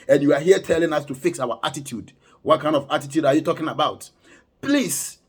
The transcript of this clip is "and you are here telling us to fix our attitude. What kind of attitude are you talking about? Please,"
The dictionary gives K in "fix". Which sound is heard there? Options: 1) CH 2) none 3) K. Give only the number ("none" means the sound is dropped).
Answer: 3